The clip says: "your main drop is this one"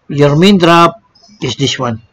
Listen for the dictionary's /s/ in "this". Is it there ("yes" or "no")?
no